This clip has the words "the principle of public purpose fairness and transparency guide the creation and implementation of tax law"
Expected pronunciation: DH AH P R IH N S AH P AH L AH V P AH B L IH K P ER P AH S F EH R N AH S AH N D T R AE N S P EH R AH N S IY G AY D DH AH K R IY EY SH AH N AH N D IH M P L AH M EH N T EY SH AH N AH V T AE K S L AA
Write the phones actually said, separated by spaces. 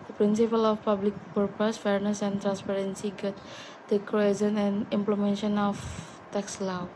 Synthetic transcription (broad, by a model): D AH P R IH N S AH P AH L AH F P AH B L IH K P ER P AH S F EH R N AH S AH N T R AE N S P EH R AH N S IY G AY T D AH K IY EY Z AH N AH N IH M P L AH M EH N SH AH N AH F T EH K S L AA